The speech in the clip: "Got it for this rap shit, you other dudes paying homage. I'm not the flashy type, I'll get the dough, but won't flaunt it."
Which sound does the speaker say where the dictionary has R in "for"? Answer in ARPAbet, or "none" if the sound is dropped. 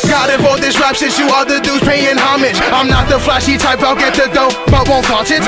L